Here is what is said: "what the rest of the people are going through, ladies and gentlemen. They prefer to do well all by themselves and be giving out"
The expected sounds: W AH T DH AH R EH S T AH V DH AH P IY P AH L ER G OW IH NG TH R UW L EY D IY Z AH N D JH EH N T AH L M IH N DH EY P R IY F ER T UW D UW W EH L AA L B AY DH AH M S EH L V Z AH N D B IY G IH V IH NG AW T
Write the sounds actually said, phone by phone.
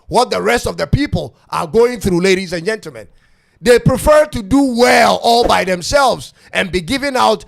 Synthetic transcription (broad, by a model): W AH T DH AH R EH S T AH V DH AH P IY P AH L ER G OW IH NG TH R UW L EY D IY Z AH N JH EH N T L M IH N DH EY P R IY F ER T UW D UW W EH L AA L B AY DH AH M S EH L V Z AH N B IY G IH V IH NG AW T